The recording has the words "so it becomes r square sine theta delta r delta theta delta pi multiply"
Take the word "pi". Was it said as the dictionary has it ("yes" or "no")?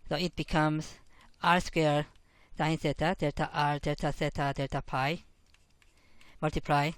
yes